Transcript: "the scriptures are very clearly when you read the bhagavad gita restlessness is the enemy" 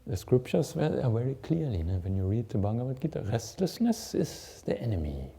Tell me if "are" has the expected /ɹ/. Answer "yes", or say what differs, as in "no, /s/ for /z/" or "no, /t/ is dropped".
no, /l/ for /ɹ/